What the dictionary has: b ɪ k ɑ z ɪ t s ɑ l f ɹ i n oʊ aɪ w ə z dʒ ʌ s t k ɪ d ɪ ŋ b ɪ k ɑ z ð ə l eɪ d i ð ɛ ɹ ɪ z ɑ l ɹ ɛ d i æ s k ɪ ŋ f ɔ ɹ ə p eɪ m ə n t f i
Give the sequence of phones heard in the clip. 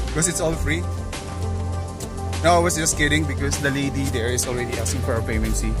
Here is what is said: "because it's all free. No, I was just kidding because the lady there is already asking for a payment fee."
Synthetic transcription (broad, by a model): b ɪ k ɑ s ɪ t s ɑ l f ɹ i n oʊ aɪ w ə s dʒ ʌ s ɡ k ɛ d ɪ ŋ b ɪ k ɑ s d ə l eɪ d i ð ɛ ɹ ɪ s ɑ l ɹ ɛ d i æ s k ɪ ŋ f ɔ ɹ ə p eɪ m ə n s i